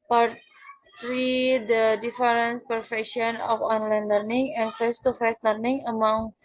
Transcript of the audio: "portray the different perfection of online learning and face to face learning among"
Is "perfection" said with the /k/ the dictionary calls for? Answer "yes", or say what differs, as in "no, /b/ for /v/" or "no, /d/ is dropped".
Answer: yes